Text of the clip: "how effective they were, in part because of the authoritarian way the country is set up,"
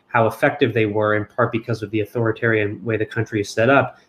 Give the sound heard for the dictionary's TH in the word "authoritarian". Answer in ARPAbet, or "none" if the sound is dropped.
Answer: TH